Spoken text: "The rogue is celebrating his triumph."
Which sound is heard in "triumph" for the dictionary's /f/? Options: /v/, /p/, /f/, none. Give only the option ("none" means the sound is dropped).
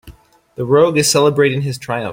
none